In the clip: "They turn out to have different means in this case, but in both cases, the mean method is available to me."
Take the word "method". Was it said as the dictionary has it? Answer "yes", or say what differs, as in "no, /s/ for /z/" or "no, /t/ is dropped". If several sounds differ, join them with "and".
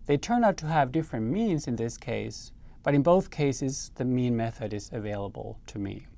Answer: yes